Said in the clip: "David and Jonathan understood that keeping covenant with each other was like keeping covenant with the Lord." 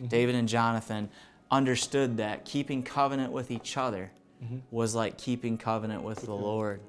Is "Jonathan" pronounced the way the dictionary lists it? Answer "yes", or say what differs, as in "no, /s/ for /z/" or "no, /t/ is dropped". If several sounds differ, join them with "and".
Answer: yes